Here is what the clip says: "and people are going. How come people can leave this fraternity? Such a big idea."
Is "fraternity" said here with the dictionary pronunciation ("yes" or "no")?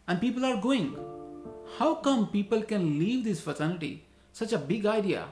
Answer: no